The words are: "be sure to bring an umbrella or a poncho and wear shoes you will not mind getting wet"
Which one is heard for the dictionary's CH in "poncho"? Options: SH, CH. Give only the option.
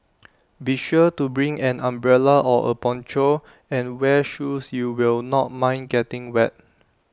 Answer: CH